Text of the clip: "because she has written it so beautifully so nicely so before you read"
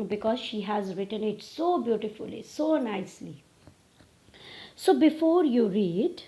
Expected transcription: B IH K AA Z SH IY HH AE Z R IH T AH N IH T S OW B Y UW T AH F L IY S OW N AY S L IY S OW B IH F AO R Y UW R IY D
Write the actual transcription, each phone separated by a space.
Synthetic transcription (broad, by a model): B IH K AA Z SH IY HH AE Z R IH T AH N IH T S OW B Y UW T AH F L IY S OW N AY S L IY S OW B IH F AO R Y UW R IY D